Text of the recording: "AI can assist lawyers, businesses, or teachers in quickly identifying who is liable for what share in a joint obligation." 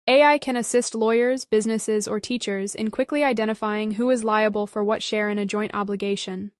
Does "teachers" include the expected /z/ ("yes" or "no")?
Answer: yes